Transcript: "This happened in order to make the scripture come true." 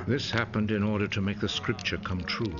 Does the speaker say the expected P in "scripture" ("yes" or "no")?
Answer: yes